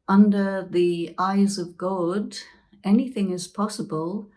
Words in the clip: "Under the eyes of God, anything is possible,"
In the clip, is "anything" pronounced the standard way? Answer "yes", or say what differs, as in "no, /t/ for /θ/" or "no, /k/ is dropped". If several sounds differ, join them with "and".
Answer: yes